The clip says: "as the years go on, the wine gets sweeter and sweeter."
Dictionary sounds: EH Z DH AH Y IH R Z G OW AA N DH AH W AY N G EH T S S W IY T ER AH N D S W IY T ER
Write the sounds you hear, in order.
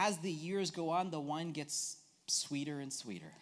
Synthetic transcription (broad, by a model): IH Z DH AH Y IH R Z G OW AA N DH AH W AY N G EH T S S W IY T ER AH N S W IY T ER